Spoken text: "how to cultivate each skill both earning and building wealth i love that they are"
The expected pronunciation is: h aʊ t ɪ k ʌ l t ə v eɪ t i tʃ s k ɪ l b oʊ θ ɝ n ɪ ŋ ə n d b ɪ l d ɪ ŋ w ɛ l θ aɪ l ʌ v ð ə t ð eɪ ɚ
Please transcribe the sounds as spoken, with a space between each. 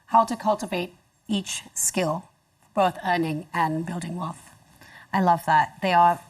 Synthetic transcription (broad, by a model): h aʊ t ɪ k ʌ l t ə v eɪ t i tʃ s k ɪ l b oʊ θ ɝ n ɪ ŋ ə n b ɪ l d ɪ ŋ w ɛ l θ aɪ l ʌ v ð ə t ð eɪ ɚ